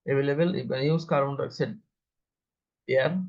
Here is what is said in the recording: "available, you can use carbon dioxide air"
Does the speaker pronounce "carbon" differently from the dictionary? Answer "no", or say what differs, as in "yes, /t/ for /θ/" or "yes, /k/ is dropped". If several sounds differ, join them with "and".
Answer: yes, /b/ is dropped